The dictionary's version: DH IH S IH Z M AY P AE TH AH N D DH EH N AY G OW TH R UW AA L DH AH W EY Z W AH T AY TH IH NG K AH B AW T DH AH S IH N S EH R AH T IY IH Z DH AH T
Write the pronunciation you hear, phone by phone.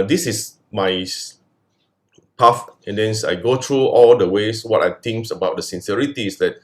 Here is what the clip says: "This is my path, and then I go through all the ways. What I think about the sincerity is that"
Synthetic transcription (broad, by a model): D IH S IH S M AY P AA F AH N D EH N AY G OW T R UW AA L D AH W EY S W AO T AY T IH NG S AH B AW T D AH S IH N S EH R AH T IY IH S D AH T